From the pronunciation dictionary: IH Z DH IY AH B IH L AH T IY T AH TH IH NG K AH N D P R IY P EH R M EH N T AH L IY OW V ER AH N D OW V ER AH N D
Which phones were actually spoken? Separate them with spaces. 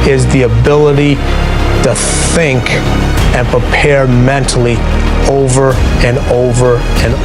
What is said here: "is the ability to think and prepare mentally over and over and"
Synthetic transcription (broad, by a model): IH Z DH IY AH B IH L AH T IY T AH TH IH NG K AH N P R IY P EH R M EH N T L IY OW V ER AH N OW V ER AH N